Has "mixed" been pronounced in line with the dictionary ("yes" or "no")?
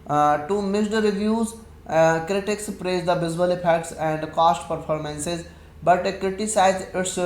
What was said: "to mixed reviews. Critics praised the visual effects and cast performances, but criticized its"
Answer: no